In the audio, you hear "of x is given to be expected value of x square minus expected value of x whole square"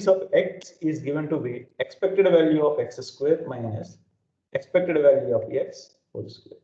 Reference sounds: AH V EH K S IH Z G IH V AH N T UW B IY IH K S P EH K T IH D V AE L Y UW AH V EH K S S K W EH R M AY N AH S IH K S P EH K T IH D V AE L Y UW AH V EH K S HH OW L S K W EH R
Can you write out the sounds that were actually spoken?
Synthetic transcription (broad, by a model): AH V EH K S IH Z G IH V AH N T UW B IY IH K S P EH K T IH D V AE L Y UW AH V EH K S S K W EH R M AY AH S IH K S P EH K T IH D V AE L Y UW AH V EH K S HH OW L S K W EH R